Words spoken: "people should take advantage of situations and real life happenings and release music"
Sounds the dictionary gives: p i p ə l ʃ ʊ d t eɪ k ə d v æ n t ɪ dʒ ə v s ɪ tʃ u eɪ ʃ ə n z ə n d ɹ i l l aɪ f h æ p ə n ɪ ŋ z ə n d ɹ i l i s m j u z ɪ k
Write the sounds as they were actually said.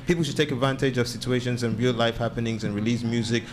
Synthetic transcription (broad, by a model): p i p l ʃ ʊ d t eɪ k ə d v æ n t ɪ dʒ ə v s ɪ tʃ u eɪ ʃ ə n z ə n ɹ i l l aɪ f h æ p ə n ɪ ŋ z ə n ɹ i l i s m j u z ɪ k